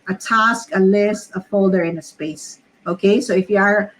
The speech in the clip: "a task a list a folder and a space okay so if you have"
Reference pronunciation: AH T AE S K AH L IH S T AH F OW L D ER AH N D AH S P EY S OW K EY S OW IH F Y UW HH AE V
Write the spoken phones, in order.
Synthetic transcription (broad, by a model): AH T AE S K AH L IH S T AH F OW L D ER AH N AH S P EY S OW K EY S OW IH F Y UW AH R